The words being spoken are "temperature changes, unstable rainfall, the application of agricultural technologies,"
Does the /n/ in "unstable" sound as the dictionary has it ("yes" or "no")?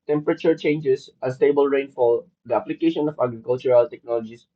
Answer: no